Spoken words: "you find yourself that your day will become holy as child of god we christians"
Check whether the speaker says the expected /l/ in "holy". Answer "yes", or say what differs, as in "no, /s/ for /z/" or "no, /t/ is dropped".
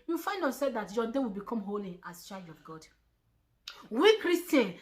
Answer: yes